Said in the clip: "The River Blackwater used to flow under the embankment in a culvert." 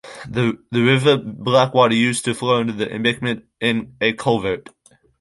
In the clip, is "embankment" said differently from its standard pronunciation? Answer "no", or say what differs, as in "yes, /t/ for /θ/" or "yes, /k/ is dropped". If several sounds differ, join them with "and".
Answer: yes, /ŋ/ is dropped